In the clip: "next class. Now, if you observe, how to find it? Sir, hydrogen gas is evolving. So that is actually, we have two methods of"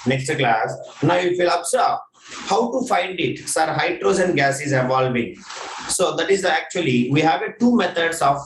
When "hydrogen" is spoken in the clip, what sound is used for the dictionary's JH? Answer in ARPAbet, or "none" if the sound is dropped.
Z